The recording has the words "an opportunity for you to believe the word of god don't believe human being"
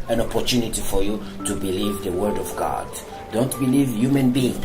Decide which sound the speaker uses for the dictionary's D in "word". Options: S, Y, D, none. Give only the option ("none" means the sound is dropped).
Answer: D